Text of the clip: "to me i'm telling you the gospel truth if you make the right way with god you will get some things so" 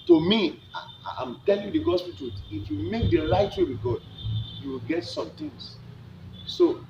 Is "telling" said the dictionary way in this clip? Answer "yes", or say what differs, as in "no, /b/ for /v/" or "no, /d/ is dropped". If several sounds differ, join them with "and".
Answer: yes